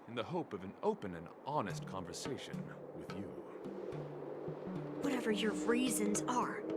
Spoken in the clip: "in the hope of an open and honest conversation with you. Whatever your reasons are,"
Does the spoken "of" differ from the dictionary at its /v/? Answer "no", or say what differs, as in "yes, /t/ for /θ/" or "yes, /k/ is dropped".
no